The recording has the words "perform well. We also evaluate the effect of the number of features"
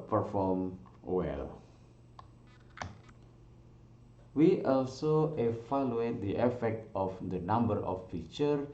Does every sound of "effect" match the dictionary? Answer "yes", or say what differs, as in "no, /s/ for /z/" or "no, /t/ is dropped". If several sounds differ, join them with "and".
yes